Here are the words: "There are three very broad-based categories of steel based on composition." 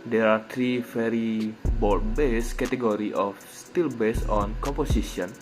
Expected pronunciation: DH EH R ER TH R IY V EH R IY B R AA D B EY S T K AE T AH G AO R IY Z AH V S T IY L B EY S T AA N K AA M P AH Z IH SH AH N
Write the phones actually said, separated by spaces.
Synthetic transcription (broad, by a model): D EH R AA T R IY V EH R IY B AA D B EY S K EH T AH G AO R IY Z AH F S T IY L B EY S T AA N K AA M P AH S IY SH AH N